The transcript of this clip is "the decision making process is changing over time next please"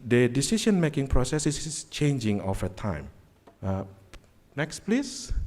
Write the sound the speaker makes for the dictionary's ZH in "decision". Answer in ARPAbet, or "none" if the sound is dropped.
SH